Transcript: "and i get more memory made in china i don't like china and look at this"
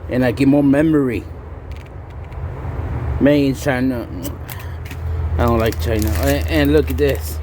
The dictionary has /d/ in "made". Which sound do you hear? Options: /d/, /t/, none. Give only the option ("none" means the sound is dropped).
none